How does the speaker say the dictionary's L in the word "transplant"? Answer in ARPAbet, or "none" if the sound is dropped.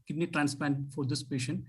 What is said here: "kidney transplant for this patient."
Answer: none